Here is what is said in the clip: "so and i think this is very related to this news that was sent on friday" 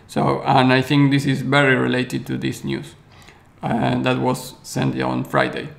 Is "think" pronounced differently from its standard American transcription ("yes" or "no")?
no